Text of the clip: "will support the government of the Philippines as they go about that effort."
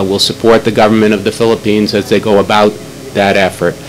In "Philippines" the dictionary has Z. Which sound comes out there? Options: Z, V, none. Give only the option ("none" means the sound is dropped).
Z